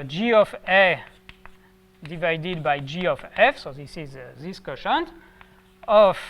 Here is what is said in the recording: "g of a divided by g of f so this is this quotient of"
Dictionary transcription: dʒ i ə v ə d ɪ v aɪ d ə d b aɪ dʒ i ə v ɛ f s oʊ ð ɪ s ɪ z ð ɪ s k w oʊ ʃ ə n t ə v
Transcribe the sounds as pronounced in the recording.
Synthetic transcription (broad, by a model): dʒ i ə f ə d ɪ v aɪ d ə d b aɪ dʒ i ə f ɛ f s oʊ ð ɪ s ɪ z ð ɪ s k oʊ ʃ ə n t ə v